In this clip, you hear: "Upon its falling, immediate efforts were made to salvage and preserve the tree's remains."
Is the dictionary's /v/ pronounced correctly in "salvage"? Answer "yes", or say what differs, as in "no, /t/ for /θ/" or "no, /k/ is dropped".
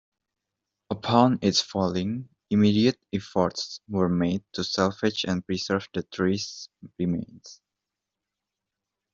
no, /f/ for /v/